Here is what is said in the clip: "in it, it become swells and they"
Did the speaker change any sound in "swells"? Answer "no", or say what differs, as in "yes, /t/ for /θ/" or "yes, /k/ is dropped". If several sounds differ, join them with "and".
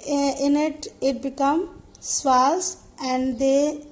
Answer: yes, /l/ is dropped